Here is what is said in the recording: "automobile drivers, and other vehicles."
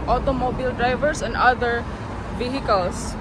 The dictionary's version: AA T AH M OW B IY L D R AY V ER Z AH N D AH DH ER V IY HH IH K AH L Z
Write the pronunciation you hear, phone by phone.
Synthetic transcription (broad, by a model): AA T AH M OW B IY L D R AY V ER S AH N D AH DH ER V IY HH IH K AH L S